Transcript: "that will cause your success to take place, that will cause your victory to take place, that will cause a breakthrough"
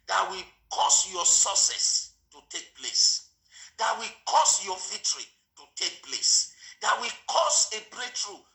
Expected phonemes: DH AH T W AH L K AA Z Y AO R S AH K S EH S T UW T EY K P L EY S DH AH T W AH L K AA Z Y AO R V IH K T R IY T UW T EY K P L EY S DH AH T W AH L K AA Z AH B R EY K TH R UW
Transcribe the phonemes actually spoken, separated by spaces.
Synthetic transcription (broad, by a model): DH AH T W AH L K AA S Y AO S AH S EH S T UW T EY K P L EY S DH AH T W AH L K AA S Y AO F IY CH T R IY T UW T EY K P L EY S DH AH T W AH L K AA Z AH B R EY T R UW